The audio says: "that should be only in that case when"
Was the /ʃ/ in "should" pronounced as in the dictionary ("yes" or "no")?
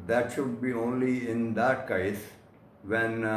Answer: yes